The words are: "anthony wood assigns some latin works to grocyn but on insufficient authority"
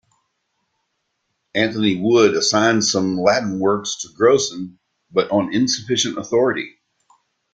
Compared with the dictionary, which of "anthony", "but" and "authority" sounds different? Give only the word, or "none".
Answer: none